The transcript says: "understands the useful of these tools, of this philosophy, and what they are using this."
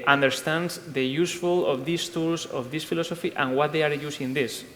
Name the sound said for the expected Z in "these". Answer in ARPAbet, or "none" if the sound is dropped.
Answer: S